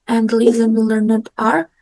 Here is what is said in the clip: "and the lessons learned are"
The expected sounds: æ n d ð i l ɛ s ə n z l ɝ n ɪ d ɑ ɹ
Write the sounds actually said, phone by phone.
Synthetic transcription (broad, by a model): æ n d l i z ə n l ɝ n ɪ d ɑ ɹ